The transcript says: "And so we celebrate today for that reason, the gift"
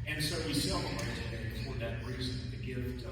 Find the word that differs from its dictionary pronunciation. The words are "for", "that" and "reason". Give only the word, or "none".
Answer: none